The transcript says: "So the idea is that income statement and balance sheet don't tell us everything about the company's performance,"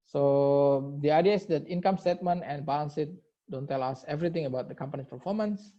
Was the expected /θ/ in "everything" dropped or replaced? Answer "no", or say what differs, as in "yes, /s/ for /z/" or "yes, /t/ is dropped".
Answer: yes, /t/ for /θ/